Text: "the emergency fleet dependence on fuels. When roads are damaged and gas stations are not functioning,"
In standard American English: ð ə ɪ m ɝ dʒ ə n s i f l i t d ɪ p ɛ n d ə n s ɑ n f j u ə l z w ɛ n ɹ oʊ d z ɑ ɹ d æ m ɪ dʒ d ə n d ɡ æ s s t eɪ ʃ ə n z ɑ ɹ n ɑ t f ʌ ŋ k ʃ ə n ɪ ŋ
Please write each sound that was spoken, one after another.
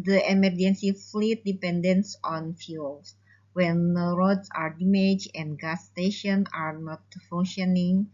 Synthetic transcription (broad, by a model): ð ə ɪ m ɝ dʒ ə n s i f l i t d ɪ p ɛ n d ə n s ɑ n f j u l s w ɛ n ɹ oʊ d s ɑ ɹ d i m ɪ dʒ ə n ɡ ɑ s s t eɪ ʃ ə n ɑ ɹ n ɑ t f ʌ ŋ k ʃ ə n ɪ ŋ